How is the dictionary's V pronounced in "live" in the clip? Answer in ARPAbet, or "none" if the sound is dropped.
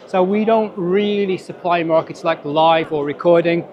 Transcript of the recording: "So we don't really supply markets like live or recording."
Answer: V